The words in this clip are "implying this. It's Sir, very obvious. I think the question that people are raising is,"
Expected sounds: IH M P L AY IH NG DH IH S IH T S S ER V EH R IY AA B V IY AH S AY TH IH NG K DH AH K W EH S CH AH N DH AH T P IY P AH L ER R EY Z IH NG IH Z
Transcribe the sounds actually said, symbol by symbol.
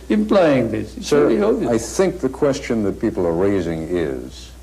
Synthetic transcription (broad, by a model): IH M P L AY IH NG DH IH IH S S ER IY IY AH AY TH IH NG K DH AH K W EH S CH AH N DH AH T P IY P L ER R EY Z IH NG IH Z